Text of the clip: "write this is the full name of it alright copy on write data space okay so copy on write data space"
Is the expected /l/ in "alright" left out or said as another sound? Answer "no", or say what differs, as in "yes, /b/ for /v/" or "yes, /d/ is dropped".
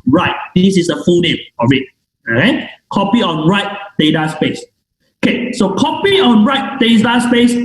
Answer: yes, /l/ is dropped